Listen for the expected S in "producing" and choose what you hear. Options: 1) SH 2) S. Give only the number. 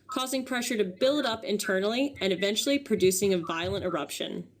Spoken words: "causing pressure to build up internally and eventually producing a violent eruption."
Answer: 2